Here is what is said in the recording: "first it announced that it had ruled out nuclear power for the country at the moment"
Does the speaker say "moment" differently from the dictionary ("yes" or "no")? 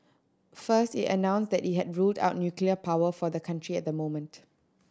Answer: no